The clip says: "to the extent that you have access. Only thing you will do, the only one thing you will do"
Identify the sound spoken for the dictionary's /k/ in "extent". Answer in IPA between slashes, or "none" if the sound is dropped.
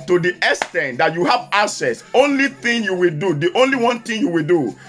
none